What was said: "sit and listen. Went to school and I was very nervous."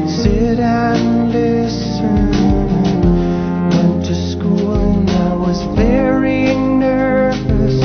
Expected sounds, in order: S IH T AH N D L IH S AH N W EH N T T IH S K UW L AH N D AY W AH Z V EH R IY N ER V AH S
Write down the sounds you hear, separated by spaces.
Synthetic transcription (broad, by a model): S IH T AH N L IH S AH N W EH N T T IH S K UW L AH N AY W AH Z B EH R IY N ER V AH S